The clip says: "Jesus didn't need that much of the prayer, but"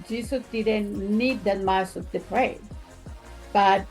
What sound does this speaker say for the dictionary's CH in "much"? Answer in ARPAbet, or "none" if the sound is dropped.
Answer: S